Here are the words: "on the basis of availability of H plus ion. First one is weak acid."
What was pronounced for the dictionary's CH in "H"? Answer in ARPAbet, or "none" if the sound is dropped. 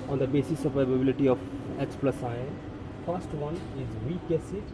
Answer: S